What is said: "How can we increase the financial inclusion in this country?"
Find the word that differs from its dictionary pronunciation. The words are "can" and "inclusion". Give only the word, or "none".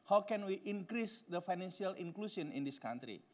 inclusion